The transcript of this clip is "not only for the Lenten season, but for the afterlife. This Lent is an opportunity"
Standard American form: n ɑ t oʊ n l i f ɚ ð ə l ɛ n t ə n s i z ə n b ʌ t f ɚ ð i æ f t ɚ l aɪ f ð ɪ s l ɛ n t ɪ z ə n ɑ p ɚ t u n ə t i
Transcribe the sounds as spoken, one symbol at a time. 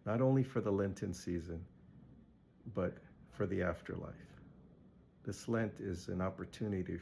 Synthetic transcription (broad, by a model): n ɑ t oʊ n l i f ɚ ð ə l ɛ n t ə n s i z ə n b ʌ t f ɚ ð i æ f t ɚ l aɪ f ð ɪ s l ɛ n t ɪ z ə n ɑ p ɚ t u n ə t i